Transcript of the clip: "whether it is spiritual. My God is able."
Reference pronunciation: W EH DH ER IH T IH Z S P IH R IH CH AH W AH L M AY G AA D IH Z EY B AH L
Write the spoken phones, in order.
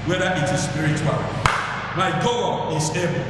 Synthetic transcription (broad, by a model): W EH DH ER IH T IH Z S P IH R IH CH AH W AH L M AY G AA IH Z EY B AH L